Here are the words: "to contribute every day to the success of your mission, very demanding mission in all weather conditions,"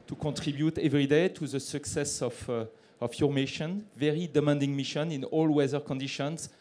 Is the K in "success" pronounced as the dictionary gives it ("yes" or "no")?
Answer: yes